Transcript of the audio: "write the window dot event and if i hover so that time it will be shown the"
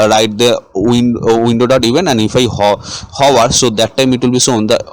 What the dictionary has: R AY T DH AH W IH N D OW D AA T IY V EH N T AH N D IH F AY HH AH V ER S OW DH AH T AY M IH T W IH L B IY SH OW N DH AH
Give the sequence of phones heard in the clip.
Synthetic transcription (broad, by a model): R AY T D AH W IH N D OW D AA T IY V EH N AH N D IH F AY HH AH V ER S OW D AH T AY M IH T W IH L B IY S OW N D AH